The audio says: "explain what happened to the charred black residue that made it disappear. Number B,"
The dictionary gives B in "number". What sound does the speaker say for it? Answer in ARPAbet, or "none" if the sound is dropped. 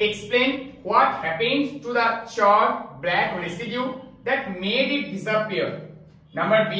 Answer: B